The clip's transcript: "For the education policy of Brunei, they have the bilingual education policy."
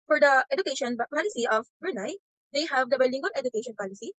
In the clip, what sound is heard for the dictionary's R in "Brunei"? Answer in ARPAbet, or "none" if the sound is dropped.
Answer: none